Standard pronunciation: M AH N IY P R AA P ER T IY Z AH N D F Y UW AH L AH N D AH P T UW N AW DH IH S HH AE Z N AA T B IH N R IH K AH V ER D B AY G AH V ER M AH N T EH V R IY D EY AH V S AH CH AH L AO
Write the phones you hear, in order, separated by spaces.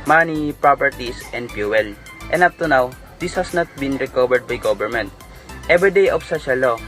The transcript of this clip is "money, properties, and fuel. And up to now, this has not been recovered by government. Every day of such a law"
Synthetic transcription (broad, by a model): M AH N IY P R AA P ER T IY S AH N D P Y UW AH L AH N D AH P T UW N AW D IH S HH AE S N AA T B IH N R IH K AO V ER D B AY G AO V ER M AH N T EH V R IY D EY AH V S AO SH AH L AO